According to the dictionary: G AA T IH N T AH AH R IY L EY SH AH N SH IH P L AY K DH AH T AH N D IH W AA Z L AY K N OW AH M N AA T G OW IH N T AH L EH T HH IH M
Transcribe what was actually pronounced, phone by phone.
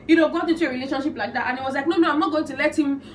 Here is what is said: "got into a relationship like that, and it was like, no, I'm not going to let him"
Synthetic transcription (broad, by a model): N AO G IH T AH AH R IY L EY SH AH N SH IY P L AY K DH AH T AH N IH W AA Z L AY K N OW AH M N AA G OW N T AH L EH T HH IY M